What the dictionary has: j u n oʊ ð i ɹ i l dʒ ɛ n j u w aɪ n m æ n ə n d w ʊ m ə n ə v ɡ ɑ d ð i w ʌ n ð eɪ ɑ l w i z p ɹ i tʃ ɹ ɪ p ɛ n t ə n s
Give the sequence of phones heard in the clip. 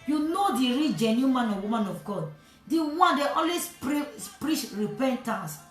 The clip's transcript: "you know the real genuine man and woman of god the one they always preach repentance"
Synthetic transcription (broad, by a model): j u n oʊ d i ɹ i dʒ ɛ n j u m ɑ n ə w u m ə n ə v ɡ ɑ d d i w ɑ n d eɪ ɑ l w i s p ɹ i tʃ ɹ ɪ p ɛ n t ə n s